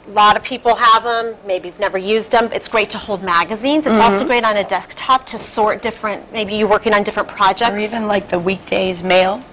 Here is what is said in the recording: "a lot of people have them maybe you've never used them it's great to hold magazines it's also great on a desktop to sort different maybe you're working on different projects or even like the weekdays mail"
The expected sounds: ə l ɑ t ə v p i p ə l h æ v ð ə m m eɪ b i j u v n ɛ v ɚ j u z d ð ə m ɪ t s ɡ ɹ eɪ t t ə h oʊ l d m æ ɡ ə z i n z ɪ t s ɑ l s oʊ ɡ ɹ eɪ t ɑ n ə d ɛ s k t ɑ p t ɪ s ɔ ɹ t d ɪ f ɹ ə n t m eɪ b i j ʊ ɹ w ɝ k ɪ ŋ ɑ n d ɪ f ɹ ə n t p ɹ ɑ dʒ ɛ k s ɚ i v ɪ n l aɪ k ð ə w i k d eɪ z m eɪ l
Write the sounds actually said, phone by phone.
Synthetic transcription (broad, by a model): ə l ɑ t ə v p i p l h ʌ v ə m m eɪ b i j u v n ɛ v ɚ j u z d ð ə m ɪ t s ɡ ɹ eɪ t t ə h oʊ l d m æ ɡ ə z i n z ɪ t s ɑ l s oʊ ɡ ɹ eɪ t n ə d ɛ s k t ɑ p t ɪ s ɔ ɹ t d ɪ f ɹ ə n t m eɪ b i j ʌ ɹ w ɝ k ɪ ŋ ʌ n d ɪ f ɹ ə n p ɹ ɑ dʒ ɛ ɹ i v ɪ n l aɪ k ð ə w i k d eɪ z m eɪ l